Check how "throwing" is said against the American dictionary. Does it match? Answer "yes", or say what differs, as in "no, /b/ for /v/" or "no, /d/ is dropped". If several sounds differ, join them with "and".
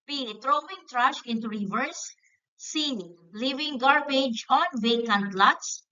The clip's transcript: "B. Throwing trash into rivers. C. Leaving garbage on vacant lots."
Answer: no, /t/ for /θ/